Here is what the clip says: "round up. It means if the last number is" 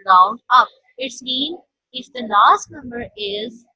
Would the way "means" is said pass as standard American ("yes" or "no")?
no